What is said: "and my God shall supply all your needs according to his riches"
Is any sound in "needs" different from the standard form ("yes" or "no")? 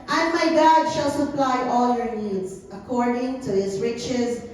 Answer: no